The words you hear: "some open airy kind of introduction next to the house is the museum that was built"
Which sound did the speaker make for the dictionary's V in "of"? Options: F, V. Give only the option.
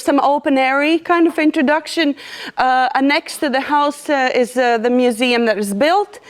V